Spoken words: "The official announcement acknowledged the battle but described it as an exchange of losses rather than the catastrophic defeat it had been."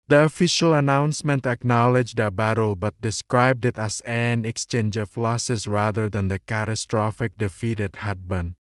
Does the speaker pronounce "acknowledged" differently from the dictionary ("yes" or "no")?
no